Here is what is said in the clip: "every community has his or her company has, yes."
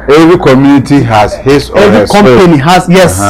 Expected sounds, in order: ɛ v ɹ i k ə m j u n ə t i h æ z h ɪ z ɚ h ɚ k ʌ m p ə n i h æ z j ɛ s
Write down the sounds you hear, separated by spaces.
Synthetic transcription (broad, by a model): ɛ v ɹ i k ə m j u n ə t i h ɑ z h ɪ s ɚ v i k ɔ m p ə n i h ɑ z j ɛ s